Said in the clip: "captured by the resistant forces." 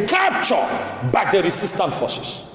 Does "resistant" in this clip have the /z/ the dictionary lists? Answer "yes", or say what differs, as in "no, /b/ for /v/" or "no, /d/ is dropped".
no, /s/ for /z/